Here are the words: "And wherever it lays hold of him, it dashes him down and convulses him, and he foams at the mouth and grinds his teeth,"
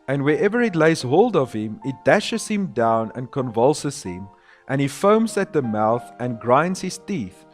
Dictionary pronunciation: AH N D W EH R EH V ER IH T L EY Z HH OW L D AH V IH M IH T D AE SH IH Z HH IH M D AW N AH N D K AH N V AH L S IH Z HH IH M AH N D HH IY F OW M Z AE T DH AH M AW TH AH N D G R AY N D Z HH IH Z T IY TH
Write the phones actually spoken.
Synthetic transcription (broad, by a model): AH N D W EH R EH V ER IH T L EY Z HH OW L D AH V IH M IH T D AE SH IH Z HH IH M D AW N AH N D K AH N V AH L S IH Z HH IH M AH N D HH IY F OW M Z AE T DH AH M AW TH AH N G R AY N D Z HH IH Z T IY TH